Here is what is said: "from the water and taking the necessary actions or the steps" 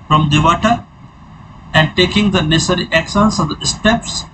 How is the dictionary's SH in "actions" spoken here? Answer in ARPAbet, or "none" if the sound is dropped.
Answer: S